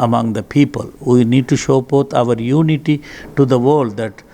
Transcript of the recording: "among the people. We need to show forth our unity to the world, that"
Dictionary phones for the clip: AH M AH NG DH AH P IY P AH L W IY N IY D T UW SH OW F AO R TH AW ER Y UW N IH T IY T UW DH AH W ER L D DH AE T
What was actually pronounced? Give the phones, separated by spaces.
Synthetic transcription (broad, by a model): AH M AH NG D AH P IY P AH L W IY N IY D T UW SH OW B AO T AW ER Y UW N IH T IY T UW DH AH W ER L D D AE T